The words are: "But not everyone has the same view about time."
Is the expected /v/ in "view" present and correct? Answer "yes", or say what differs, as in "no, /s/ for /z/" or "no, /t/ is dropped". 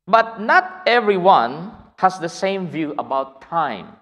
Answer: yes